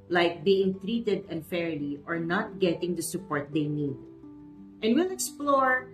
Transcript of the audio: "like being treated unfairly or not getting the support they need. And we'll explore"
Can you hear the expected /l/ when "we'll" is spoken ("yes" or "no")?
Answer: yes